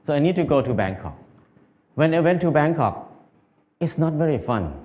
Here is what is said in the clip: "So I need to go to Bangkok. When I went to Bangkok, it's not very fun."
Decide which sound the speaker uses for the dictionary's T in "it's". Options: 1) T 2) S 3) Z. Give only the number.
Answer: 1